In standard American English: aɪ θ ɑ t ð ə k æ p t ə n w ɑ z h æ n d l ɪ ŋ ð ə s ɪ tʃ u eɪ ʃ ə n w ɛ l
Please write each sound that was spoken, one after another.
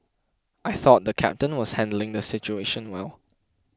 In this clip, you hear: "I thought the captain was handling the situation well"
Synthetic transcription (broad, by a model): aɪ θ ɑ t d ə k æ p t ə n w ɑ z h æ n d l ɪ ŋ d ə s ɪ tʃ u eɪ ʃ ə n w ɛ l